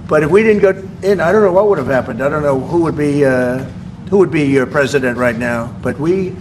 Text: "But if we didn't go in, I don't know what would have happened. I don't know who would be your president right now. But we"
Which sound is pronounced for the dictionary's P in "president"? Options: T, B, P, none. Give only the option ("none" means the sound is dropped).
P